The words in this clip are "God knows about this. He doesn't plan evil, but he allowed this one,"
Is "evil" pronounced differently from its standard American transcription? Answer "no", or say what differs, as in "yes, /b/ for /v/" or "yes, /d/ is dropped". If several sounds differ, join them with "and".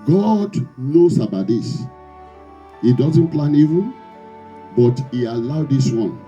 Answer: yes, /n/ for /l/